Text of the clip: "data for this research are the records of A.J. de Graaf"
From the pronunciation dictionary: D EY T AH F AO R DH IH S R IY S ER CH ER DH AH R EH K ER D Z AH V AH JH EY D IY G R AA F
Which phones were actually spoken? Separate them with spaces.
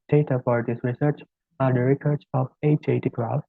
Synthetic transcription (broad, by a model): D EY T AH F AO R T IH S R IY S ER CH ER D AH R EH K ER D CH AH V AH CH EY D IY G R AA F